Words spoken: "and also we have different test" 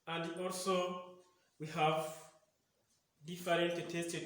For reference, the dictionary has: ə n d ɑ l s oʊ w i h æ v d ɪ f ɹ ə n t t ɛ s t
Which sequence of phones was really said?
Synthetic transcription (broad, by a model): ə n d ɑ l s oʊ w i h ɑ v d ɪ f ɹ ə n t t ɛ s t